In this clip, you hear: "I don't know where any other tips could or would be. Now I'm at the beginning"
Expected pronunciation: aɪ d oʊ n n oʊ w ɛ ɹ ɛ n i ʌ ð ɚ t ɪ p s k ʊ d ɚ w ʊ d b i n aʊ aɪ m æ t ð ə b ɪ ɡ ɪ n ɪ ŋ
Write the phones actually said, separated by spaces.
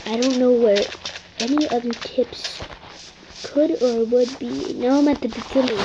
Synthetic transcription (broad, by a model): aɪ d oʊ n n oʊ w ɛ ɹ ɛ n i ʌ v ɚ t ɪ p s k ʊ d ɚ w ʊ d b i n aʊ aɪ m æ t ð ə b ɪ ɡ ɪ n ɪ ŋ